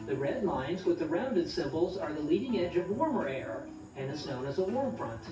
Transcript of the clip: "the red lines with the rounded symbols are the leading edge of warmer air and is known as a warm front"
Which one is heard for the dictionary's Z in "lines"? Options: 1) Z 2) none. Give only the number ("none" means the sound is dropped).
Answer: 1